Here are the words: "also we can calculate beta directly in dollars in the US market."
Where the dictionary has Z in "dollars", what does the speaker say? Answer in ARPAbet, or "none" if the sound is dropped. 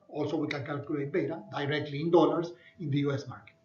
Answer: S